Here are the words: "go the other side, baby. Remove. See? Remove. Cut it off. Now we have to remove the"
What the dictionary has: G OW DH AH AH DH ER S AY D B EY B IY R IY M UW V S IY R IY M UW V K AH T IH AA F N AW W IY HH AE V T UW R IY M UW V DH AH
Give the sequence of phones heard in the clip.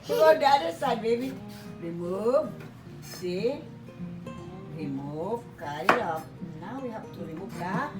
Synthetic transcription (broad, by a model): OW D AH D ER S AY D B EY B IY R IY M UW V S IY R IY M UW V K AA IH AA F N AW W IY HH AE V T UW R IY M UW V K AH